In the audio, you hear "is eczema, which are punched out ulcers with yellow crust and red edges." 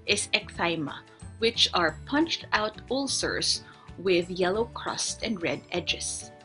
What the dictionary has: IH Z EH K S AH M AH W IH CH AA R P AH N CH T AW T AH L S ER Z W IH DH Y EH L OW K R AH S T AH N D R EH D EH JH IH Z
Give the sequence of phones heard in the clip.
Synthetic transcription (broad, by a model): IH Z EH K TH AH M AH W IH CH AA R P AH N CH T AW T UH L S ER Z W IH DH Y EH L OW K R AH S T AH N D R EH D EH JH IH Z